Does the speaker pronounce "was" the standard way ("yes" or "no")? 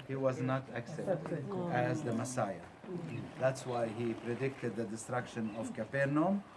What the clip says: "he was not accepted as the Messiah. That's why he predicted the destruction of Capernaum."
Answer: yes